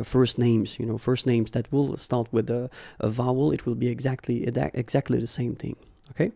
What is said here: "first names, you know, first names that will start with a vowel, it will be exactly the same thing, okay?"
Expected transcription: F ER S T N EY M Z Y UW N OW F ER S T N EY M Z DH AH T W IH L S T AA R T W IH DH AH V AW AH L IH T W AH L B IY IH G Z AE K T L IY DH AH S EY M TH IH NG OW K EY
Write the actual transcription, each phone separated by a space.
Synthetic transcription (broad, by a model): F ER S T N EY M Z Y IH N OW F ER S T N EY M Z DH AH T W IH L S T AA R T W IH DH AH V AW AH L IH T W AH L B IY IH G Z AE K T L IY DH AH S EY M TH IH NG OW K EY